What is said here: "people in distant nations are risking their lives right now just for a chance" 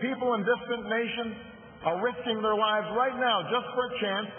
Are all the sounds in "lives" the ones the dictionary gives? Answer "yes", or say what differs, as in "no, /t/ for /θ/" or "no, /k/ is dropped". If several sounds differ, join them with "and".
yes